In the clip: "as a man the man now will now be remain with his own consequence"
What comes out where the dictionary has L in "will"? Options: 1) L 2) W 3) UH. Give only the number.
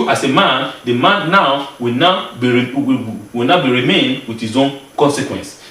2